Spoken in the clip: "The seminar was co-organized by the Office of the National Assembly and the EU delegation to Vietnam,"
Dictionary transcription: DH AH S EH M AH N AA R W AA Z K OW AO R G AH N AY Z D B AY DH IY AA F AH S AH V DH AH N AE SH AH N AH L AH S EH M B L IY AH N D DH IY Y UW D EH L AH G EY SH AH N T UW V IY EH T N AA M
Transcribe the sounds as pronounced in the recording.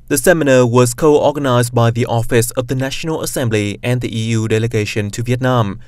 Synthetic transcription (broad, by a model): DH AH S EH M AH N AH W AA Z K OW AO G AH N AY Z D B AY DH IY AA F AH S AH V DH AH N AE SH AH N AH L AH S EH M B L IY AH N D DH IY Y UW D EH L AH G EY SH AH N T UW V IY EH T N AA M